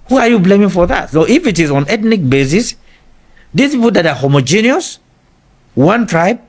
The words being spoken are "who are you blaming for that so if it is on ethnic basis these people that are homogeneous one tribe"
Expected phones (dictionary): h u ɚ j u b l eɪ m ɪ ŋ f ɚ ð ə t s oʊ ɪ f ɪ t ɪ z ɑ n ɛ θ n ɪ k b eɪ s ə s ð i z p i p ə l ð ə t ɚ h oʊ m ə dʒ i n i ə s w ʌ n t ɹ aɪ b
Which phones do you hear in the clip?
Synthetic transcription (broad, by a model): h u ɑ j u b l eɪ m ɪ ŋ f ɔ ð ə t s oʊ ɪ f ɪ t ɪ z ɑ n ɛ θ n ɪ k b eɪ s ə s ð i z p i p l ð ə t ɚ h oʊ m ə dʒ i n i ə s w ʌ n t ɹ aɪ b